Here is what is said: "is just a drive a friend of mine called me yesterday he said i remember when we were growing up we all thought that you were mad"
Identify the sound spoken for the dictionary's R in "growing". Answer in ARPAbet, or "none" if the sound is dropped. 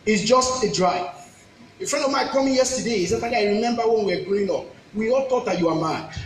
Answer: none